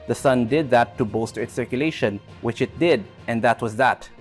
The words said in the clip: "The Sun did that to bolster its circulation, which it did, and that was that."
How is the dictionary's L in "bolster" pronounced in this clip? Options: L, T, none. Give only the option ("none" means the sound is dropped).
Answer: none